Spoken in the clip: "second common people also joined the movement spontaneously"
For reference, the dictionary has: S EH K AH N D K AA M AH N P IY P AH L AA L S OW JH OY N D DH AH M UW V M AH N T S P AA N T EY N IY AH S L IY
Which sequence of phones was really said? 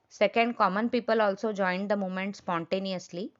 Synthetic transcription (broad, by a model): S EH K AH N D K AA M AH N P IY P AH L AA L S OW JH OY N D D AH M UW M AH N T S P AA N T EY N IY AH S L IY